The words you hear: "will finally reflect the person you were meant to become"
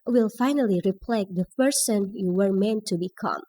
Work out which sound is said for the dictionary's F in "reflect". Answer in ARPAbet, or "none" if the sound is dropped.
P